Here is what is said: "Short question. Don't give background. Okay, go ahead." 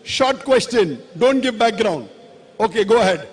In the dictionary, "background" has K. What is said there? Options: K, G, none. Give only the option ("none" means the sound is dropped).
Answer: K